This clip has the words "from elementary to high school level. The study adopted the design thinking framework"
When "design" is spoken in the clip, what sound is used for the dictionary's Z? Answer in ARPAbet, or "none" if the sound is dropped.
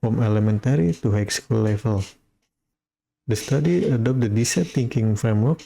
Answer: S